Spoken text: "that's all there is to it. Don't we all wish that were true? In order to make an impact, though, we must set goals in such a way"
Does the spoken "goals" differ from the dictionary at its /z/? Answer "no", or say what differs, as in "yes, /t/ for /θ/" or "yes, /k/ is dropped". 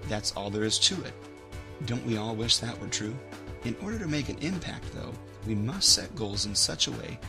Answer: no